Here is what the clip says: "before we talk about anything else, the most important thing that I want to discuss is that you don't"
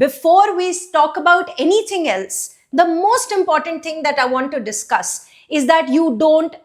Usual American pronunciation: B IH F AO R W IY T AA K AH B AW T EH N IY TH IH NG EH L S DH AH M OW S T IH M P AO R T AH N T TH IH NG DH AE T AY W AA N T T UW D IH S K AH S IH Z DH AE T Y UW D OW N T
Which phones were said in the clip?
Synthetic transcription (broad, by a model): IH F AO R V IY T AA K AH B AW T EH N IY T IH NG EH L S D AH M OW S T IH M P AO R T AH N T T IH NG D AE T AY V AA N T T UW D IH S K AH S IH Z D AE T Y UW D OW N T